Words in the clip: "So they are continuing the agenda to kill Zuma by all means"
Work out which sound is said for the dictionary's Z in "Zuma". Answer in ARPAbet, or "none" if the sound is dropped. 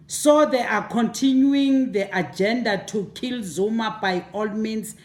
Z